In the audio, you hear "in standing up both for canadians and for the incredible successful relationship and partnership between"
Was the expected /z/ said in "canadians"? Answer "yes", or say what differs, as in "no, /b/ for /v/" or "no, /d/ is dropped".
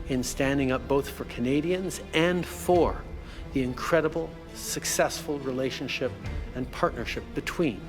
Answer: yes